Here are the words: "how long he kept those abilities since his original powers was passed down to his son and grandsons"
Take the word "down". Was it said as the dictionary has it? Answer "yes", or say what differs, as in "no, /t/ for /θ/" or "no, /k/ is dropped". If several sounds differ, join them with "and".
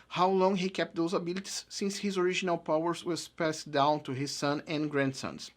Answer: yes